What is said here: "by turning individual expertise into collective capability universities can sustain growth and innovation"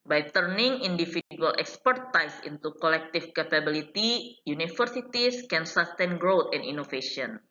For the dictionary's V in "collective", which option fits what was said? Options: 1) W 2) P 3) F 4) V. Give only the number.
3